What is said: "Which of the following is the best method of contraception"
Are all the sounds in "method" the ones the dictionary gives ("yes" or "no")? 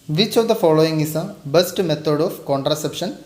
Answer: no